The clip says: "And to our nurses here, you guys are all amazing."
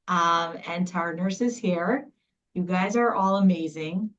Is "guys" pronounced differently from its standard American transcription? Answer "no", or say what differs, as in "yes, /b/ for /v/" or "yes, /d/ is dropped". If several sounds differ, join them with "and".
no